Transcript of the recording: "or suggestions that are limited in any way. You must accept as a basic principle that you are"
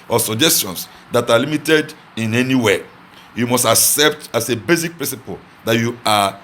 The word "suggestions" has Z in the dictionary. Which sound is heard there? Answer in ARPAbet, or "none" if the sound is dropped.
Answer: S